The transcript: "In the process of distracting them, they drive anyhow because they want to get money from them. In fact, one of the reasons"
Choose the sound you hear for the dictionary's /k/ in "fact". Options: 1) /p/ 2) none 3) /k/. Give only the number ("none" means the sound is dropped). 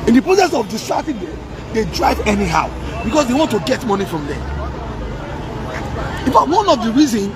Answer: 2